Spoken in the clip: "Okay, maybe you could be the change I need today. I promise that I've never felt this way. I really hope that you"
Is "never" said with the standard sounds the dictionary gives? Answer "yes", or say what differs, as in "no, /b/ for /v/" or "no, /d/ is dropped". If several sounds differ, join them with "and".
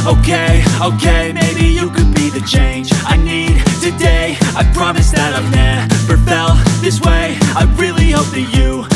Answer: no, /p/ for /v/